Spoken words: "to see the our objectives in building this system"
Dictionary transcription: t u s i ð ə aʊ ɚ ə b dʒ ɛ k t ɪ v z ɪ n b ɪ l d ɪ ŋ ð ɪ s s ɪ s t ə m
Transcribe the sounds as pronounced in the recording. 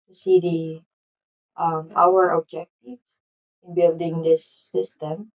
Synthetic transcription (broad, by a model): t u s i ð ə aʊ ɚ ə dʒ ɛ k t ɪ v ɪ n b ɪ l d ɪ ŋ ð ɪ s s ɪ s t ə m